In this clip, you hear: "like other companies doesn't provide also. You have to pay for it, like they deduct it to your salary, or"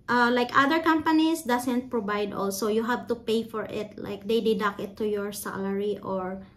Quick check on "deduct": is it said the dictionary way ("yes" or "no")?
no